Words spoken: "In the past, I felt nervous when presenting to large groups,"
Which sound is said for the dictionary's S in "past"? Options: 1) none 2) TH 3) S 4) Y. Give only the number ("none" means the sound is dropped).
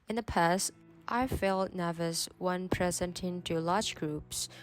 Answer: 3